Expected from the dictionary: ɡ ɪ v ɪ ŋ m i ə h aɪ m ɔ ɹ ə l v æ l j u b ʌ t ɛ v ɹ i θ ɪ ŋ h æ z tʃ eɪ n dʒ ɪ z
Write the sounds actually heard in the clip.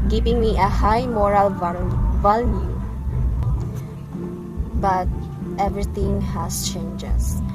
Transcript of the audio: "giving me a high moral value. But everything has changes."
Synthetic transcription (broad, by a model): ɡ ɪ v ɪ ŋ m i ə h aɪ m ɔ ɹ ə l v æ l j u b ʌ t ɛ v ɹ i t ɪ ŋ h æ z tʃ eɪ n dʒ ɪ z